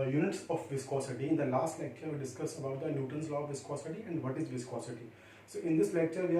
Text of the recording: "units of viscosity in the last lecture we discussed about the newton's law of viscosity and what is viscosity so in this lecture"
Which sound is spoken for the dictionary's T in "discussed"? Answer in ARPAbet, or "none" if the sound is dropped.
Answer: none